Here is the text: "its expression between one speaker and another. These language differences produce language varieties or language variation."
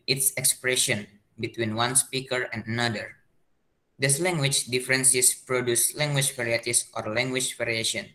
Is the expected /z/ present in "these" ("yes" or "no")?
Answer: no